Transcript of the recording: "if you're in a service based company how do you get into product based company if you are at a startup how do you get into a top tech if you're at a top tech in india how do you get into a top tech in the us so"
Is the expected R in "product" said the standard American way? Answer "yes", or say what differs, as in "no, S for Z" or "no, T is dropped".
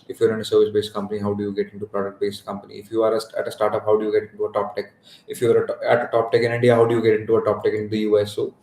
yes